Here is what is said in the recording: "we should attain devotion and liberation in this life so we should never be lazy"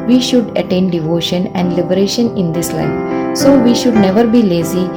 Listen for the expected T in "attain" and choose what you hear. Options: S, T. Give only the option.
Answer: T